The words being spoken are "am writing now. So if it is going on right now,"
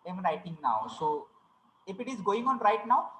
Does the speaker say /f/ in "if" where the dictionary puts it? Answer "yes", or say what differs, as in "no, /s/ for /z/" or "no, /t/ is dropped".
no, /p/ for /f/